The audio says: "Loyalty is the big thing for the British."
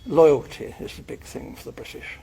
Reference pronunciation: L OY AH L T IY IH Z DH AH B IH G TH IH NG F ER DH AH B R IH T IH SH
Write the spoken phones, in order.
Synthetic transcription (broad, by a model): L OY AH L T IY IH Z DH AH B IH G TH IH NG F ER DH AH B R IH T IH SH